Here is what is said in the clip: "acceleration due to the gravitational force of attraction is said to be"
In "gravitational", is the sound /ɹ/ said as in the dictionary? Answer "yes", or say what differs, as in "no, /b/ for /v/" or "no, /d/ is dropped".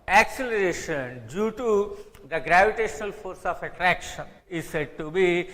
yes